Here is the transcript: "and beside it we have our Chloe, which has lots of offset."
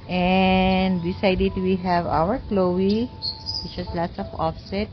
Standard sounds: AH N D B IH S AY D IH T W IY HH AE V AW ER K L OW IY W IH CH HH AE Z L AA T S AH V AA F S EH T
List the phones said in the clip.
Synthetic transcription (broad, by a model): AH N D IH S AY D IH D W IY HH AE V AW ER K L OW IY W IH CH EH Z L AA T S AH F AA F S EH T